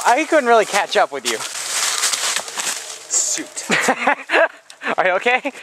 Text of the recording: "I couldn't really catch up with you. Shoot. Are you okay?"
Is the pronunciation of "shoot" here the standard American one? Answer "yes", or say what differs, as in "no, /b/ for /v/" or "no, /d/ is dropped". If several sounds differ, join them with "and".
no, /s/ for /ʃ/